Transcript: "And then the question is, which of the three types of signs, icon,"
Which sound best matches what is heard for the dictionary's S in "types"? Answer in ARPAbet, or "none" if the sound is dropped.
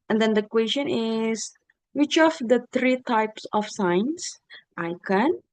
S